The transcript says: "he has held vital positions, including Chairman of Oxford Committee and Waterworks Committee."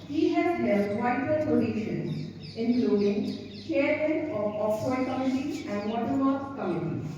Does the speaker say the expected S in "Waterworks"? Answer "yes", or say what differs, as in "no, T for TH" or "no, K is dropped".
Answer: no, S is dropped